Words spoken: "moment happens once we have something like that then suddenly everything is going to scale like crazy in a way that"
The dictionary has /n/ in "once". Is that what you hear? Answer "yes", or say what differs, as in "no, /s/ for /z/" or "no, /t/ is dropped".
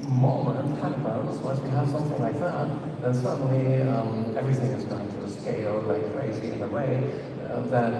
no, /n/ is dropped